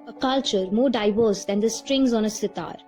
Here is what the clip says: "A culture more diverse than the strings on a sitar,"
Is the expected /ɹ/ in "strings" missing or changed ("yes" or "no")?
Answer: no